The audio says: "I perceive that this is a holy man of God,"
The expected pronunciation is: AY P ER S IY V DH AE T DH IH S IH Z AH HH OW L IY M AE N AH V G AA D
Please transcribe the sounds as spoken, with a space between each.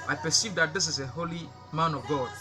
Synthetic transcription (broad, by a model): AY P ER S IY V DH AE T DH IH S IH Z AH HH OW L IY M AE N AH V G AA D